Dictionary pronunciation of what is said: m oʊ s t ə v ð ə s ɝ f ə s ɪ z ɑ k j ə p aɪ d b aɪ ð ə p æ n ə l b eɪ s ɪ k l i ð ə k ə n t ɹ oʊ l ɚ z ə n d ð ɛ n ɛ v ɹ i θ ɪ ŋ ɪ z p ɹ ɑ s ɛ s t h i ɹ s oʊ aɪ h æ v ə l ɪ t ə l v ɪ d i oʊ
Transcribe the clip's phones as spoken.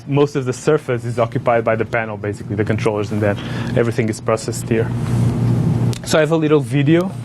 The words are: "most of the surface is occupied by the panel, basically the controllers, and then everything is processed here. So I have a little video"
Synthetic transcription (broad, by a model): m oʊ s t ə v ð ə s ɝ f ə s ɪ z ɑ k j ə p aɪ d b aɪ ð ə p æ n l b eɪ s ɪ k l i ð ə k ə n t ɹ oʊ l ɚ z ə n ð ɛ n ɛ v ɹ i θ ɪ ŋ ɪ z p ɹ ɑ s ɛ s t h i ɹ s oʊ aɪ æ v ə l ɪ t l v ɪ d i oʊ